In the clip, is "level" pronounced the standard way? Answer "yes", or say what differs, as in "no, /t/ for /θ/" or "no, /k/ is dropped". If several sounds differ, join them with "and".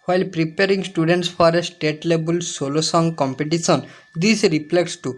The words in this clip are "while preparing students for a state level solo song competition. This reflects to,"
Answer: no, /b/ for /v/